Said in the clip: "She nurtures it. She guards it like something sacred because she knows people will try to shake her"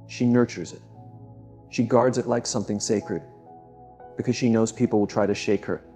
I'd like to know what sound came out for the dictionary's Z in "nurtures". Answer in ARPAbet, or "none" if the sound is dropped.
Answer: Z